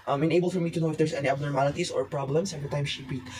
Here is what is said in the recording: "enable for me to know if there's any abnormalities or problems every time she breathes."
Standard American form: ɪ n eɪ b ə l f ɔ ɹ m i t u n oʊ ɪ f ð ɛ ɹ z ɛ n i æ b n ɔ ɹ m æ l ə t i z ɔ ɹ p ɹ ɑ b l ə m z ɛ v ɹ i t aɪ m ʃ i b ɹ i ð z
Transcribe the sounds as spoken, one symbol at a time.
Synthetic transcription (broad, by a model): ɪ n eɪ b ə l f ɔ ɹ m i t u n oʊ ɪ f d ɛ ɹ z ɛ n i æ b n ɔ ɹ m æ l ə t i s ɔ ɹ p ɹ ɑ b l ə m s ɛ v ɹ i t aɪ m ʃ i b ɹ i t